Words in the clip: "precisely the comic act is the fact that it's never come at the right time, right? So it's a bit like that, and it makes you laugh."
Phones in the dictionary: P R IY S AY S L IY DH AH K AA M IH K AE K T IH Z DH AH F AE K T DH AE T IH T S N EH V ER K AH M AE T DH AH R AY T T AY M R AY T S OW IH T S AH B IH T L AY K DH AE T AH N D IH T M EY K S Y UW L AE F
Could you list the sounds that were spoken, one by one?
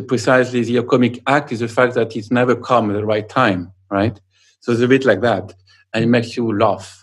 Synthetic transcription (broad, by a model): P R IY S AY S L IY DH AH K AA M IH K AE K T IH Z DH AH F AE K T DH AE T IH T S N EH V ER K AH M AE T DH AH R AY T T AY M R AY T S OW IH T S AH B IH T L AY K DH AE T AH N IH T M EY K S Y UW L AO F